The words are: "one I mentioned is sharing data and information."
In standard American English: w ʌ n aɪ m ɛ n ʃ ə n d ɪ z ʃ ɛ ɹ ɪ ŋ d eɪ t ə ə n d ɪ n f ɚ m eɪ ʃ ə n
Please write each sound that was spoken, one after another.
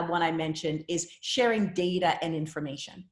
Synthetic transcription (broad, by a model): w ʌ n aɪ m ɛ n ʃ ə n d ɪ z ʃ ɛ ɹ ɪ ŋ d eɪ t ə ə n ɪ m f ɚ m eɪ ʃ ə n